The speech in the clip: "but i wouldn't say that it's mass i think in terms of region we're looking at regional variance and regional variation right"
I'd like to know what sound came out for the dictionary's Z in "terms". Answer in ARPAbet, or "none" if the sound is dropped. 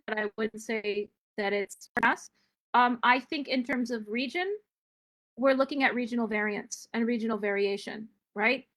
Z